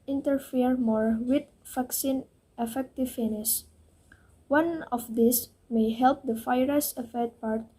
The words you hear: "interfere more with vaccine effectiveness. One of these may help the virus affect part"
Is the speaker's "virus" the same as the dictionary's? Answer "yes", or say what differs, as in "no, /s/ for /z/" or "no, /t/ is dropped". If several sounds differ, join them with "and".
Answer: no, /f/ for /v/